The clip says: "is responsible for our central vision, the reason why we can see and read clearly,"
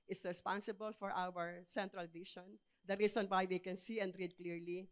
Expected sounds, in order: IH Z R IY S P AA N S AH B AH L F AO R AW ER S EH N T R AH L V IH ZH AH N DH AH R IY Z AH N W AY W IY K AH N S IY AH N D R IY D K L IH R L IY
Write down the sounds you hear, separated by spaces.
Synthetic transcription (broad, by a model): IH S R IY S P AA N S AH B AH L F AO R AW ER S EH N T R AH L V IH SH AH N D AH R IY S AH N W AY W IY K AH N S IY AH N D R IY D K L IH R L IY